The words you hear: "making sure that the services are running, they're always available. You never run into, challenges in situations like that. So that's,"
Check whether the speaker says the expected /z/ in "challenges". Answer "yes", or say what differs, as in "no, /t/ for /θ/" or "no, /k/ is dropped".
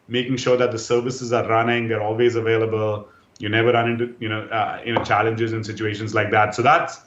yes